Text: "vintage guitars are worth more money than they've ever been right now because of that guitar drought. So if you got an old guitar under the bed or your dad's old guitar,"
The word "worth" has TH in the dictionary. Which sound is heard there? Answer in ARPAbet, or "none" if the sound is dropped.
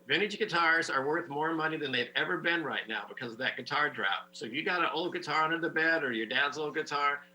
TH